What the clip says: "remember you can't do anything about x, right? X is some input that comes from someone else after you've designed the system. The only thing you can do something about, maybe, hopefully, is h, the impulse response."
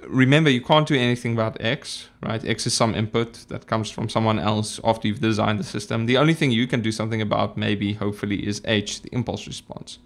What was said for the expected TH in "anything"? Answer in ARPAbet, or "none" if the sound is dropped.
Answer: TH